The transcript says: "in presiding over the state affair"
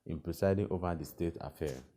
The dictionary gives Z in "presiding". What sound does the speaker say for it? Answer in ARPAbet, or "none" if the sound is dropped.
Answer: S